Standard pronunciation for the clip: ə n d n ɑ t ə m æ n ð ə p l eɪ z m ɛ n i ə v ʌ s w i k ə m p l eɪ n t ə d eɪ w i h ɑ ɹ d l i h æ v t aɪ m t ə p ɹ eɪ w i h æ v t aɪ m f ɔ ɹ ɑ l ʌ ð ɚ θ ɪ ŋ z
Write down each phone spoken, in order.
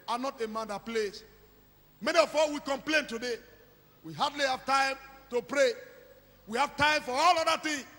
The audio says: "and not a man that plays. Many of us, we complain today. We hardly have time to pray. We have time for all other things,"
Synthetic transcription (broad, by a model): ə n n ɑ t ə m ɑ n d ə p l eɪ s m ɛ n i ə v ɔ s w i k ə m p l eɪ n t ə d eɪ w i h ɑ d l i h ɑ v t aɪ m t ə p ɹ eɪ w i h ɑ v t aɪ m f ɔ ɹ ɑ l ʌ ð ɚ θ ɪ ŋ